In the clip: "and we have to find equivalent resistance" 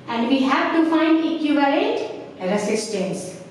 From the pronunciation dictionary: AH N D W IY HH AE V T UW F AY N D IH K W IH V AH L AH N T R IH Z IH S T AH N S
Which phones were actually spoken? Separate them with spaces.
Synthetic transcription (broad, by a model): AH N D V IY HH AE V T UW F AY N D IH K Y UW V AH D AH T R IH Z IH S T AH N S